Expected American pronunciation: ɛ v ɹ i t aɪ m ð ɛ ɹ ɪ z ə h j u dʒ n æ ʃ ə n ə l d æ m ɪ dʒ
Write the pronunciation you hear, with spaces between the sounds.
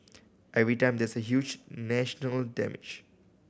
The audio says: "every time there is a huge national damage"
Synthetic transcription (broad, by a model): ɛ v ɹ i t aɪ m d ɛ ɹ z ə h j u dʒ n æ ʃ ə n ə l d æ m ɪ dʒ